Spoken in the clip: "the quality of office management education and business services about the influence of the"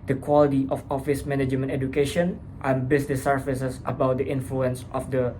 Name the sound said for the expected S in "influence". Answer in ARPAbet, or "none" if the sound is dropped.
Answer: S